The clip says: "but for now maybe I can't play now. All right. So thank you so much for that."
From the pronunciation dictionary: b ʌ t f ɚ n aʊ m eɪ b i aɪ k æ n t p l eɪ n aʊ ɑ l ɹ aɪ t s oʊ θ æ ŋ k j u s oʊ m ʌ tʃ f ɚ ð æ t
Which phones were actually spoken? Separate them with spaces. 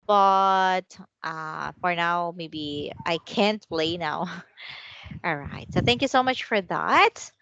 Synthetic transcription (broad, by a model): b ʌ t f ɚ n aʊ m eɪ b i aɪ k æ n t p l eɪ n aʊ ɑ l ɹ aɪ t s oʊ θ æ ŋ k j u s oʊ m ʌ tʃ f ɚ ð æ t